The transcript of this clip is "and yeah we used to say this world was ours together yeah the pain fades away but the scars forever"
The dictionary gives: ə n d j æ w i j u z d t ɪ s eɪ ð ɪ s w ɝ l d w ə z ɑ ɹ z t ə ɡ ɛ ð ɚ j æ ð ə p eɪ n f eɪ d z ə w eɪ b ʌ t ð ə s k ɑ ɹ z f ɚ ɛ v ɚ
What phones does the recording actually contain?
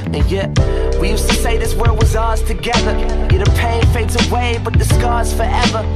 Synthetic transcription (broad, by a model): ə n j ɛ w i j u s t ɪ s eɪ ð ɪ s w ɝ d w ə z ɑ ɹ z t ə ɡ ɛ ð ɚ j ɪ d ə p eɪ n f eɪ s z ə w eɪ b ʌ t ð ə s k ɑ ɹ z f ɚ ɛ v ɚ